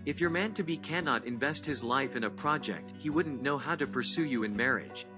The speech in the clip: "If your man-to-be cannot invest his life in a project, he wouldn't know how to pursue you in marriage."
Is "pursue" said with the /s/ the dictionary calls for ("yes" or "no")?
yes